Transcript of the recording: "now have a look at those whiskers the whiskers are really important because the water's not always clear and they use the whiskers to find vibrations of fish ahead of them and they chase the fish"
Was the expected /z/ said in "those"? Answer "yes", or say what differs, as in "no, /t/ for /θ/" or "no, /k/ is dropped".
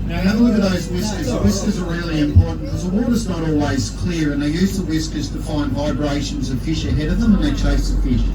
yes